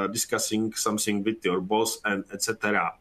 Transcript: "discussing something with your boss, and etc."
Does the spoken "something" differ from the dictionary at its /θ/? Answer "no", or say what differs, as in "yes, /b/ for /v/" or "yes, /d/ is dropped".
yes, /s/ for /θ/